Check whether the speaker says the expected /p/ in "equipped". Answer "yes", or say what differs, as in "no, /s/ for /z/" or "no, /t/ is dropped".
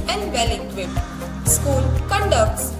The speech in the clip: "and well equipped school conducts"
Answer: no, /p/ is dropped